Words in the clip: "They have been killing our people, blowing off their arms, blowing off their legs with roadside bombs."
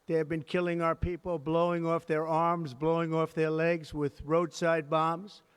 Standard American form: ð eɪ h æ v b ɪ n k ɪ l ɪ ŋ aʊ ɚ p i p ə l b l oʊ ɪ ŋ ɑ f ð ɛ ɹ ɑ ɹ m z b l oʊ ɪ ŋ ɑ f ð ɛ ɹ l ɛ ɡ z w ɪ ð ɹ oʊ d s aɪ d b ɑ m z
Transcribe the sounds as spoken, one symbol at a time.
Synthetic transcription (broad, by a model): ð eɪ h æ v b ɪ n k ɪ l ɪ ŋ aʊ ɚ p i p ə l b l oʊ ɪ ŋ ɑ f ð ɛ ɹ ɑ ɹ m z b l oʊ ɪ ŋ ɑ f ð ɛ ɹ l ɛ ɡ z w ɪ ð ɹ oʊ d s aɪ d b ɑ m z